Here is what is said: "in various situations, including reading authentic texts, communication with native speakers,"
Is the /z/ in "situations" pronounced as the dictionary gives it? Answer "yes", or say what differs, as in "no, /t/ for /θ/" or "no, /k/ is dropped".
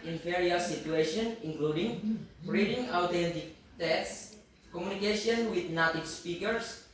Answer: no, /z/ is dropped